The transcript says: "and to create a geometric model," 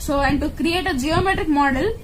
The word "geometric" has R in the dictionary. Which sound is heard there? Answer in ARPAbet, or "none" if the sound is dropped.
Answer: R